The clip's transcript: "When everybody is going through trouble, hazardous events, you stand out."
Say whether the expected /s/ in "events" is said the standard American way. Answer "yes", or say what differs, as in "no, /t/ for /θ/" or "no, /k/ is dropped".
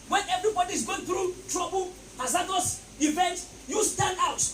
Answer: no, /s/ is dropped